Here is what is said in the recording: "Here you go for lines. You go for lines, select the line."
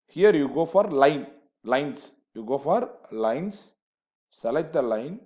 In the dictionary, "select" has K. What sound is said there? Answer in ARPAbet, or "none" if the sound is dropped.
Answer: none